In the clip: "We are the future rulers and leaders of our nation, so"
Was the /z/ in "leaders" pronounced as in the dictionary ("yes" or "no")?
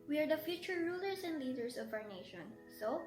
no